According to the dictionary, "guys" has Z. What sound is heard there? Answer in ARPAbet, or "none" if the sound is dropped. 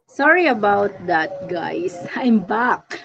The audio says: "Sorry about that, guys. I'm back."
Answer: S